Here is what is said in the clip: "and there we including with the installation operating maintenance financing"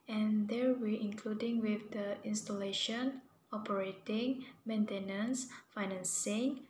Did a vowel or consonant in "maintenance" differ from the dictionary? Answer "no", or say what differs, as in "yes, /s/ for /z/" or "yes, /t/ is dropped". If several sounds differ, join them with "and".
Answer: no